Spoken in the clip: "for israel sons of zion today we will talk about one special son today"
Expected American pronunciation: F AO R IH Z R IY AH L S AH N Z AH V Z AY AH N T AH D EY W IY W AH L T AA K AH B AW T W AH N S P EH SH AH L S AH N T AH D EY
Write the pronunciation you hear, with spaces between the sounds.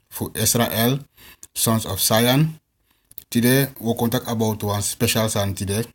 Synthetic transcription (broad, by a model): F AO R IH S R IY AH L S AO N S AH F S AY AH N T AH D EY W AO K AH N T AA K AH B AW T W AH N S P EH SH AH L S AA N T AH D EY